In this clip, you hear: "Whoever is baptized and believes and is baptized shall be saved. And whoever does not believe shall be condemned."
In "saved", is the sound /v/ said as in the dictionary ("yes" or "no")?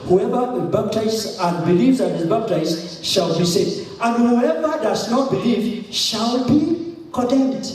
no